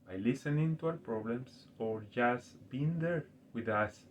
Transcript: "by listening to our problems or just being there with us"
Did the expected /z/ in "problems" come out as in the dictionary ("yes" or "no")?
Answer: no